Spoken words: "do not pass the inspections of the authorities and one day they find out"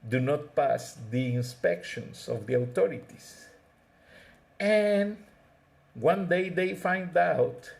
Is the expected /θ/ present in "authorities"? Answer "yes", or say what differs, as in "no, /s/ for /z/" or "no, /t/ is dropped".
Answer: no, /t/ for /θ/